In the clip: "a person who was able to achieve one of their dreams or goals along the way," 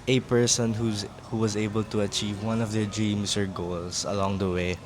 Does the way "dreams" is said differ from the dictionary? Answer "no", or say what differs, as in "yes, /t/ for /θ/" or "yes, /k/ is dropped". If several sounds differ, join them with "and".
yes, /s/ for /z/